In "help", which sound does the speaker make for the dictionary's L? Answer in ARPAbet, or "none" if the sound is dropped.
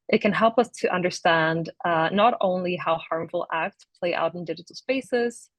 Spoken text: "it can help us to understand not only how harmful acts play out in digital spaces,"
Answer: L